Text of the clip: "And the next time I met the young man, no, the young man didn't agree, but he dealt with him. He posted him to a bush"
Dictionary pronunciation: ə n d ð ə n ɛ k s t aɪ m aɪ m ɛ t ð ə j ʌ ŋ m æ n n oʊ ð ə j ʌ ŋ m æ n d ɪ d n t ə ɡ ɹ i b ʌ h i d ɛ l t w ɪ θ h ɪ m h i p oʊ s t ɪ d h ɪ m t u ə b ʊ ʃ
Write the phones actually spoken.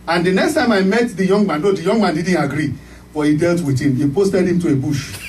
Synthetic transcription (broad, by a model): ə n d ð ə n ɛ k s t aɪ m aɪ m ɛ t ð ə j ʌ ŋ m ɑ n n oʊ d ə j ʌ ŋ m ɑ n d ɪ d n t ə ɡ ɹ i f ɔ h i d ɛ l t w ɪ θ h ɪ m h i p oʊ s t ɪ d h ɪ m t u ə b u ʃ